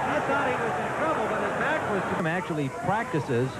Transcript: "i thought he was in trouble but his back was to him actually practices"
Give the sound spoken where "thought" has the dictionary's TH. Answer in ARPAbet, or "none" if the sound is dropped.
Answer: S